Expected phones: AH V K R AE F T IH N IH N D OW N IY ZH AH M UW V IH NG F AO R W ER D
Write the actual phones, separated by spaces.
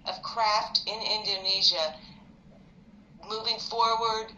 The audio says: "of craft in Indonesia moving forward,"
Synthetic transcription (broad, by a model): AH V K R AE F T IH N IH N D OW N IY ZH AH M UW V IH NG F AO R W ER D